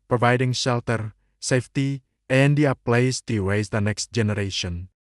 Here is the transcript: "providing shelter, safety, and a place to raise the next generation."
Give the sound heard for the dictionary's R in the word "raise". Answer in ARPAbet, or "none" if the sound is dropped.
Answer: W